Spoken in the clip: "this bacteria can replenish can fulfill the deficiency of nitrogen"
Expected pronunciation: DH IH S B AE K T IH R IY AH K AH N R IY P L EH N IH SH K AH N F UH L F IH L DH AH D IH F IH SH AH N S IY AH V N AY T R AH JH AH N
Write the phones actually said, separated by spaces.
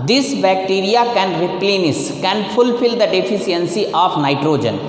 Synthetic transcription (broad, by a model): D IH S B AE K T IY R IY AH K AH N R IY P L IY N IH S K AH N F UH L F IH L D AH D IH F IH S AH N S IY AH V N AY T R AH JH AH N